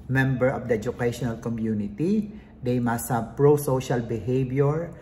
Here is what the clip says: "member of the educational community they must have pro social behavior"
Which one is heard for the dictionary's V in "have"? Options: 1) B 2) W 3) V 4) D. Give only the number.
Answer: 1